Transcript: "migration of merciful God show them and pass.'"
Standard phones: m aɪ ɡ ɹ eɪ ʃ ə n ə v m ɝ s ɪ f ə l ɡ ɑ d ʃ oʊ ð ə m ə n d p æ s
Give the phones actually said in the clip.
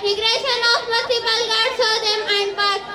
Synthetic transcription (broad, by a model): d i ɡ ɹ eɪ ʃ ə n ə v m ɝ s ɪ p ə l ɡ ɑ d s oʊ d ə m ə n d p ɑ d